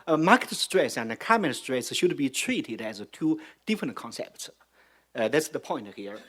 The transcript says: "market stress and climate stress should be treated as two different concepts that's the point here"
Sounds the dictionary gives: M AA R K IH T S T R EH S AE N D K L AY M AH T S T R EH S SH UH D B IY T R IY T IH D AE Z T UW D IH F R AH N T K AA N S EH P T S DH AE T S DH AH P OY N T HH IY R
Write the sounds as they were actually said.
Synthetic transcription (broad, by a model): M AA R K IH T S T R EH S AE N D K AY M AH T S T R EH S SH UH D B IY T R IY T IH D AE Z T UW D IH F R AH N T K AA N S EH P T S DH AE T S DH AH P OY N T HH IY R